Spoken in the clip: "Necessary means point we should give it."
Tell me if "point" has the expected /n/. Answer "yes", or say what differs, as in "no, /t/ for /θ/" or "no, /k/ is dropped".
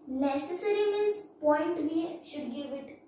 yes